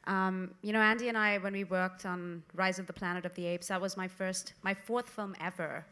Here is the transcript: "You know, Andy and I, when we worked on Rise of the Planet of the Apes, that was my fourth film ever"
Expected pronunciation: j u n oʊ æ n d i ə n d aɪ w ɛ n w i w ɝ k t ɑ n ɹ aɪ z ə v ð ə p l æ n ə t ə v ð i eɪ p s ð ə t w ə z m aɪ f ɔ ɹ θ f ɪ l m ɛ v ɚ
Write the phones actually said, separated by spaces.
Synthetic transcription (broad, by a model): j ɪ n oʊ æ n d i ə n aɪ w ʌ n w i w ɝ k t n ɹ aɪ z ə v ð ə p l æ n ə t ə v ð i eɪ p s ð ə t w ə z m aɪ f ɔ ɹ θ f ɪ l m ɛ v ɚ